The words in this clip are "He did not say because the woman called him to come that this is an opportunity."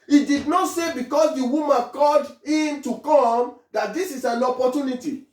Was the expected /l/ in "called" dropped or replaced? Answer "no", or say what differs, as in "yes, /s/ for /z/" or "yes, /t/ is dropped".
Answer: yes, /l/ is dropped